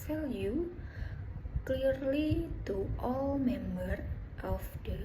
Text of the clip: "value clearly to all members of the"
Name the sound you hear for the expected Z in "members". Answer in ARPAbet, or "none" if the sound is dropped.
none